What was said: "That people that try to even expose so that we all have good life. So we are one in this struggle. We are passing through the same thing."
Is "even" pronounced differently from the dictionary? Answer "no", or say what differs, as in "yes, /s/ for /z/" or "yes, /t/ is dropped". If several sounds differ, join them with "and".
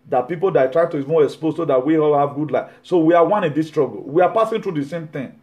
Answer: yes, /n/ is dropped